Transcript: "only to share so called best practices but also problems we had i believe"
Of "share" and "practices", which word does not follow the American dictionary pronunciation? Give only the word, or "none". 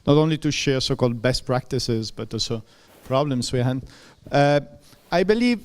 none